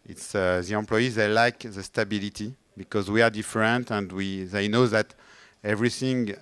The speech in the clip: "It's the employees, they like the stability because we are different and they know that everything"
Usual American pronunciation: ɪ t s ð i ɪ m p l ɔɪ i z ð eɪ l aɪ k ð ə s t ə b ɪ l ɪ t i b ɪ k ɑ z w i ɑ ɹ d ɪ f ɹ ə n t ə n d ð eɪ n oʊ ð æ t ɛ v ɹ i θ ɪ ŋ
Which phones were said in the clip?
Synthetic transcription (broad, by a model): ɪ t s ð i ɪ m p l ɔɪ i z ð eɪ l aɪ k ð ə s t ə b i l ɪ t i b ɪ k ɑ z w i ɑ ɹ d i f ɹ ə n t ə n d ð eɪ n oʊ ð æ t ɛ v ɹ i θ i ŋ